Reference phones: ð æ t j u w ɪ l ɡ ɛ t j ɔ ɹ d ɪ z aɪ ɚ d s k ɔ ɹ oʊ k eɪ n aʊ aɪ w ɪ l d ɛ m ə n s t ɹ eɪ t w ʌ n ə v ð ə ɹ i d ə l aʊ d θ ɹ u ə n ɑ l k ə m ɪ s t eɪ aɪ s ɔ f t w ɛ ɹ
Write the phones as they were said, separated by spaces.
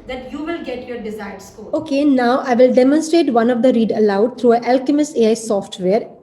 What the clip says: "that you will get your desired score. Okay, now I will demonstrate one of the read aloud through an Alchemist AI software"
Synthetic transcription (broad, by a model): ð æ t j u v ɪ l ɡ ɛ t j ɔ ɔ d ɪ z aɪ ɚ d s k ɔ oʊ k eɪ n aʊ aɪ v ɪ l d ɛ m ə n s t ɹ eɪ t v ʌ n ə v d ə ɹ i d ə l aʊ d t ɹ u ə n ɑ l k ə m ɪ s eɪ aɪ s ɔ f t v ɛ ɹ